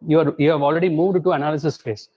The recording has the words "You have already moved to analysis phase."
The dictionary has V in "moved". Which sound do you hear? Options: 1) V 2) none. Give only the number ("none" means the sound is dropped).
1